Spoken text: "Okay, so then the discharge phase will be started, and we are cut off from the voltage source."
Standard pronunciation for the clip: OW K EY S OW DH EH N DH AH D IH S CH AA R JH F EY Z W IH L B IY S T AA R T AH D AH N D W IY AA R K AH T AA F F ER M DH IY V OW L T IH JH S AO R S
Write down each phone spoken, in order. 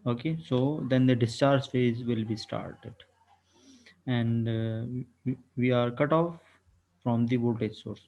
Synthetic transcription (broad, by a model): OW K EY S OW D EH N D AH D IH S CH AA R JH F EY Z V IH L B IY S T AA R T AH D AH N D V IY AA R K AH T AA F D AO M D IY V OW T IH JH S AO R S